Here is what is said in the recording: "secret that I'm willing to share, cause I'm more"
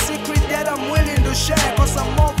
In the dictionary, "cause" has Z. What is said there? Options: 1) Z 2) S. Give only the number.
2